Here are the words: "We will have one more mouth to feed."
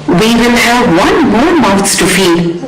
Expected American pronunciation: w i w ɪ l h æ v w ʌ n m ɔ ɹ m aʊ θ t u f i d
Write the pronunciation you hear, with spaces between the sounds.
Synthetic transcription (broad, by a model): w i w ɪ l h æ v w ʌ n m ɔ ɹ m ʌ s t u f i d